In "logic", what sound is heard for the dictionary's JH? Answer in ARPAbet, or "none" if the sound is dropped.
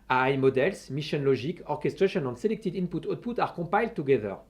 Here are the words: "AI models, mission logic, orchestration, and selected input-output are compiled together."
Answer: ZH